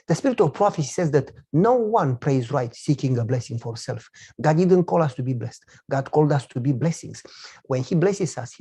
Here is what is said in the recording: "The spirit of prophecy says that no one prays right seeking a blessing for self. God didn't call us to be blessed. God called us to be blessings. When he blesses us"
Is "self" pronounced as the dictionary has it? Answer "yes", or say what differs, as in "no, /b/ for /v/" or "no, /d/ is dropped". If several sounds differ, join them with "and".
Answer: yes